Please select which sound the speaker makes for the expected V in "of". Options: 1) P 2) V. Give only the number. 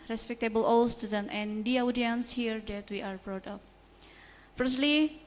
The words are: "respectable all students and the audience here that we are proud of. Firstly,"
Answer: 1